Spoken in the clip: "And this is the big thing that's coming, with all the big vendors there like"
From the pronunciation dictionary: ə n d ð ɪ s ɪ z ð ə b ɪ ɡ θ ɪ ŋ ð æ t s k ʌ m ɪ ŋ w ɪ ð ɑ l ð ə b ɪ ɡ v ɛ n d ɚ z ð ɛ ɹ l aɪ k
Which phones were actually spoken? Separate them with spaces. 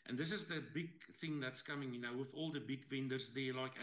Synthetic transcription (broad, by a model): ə n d ð ɪ s ɪ z ð ə b ɪ ɡ θ ɪ ŋ ð æ t s k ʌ m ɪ ŋ w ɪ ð ɑ l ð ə b ɪ ɡ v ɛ n d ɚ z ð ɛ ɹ l aɪ k